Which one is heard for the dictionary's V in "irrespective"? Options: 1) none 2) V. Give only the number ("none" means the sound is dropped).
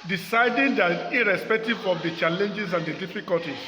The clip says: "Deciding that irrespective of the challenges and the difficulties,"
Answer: 2